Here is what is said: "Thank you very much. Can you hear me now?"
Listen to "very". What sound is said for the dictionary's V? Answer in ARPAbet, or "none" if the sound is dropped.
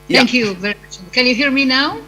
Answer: V